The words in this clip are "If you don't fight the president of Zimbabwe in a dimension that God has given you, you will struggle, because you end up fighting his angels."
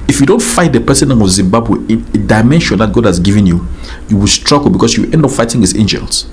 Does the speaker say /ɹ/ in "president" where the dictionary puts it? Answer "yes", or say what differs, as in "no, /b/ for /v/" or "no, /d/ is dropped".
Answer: no, /ɹ/ is dropped